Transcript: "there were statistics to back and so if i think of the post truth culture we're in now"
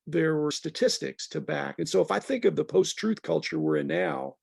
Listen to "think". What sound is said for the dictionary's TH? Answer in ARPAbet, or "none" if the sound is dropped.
TH